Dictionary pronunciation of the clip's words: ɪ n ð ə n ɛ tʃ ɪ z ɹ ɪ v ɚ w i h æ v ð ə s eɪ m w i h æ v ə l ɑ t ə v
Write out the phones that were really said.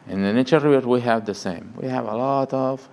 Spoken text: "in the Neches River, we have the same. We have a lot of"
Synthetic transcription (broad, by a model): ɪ n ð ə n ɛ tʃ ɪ ɹ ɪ ɚ w i h æ v ð ə s eɪ m w i h æ v ə l ɑ t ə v